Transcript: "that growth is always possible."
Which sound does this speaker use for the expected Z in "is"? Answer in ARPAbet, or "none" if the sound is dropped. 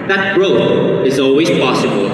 Z